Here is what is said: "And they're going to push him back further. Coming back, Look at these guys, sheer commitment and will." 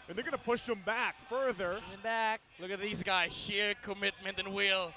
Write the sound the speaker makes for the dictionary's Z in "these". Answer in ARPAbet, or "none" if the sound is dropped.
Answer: Z